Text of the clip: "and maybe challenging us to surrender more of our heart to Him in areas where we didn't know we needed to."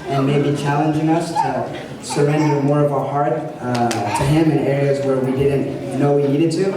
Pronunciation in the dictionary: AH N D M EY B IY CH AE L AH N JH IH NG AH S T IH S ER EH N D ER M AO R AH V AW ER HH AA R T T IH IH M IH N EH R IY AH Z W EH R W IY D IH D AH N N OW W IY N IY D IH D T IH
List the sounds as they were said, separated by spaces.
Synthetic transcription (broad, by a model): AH N M EY B IY CH AE L AH N JH IH NG AH S T IH S ER EH N D ER M AO R AH V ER HH AA R T T IH IH M IH N EH R IY AH Z W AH R W IY D IH D N N OW W IY N IY D IH D T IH